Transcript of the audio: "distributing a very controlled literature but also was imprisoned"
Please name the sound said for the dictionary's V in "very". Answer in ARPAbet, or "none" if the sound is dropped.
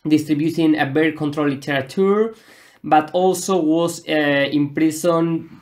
B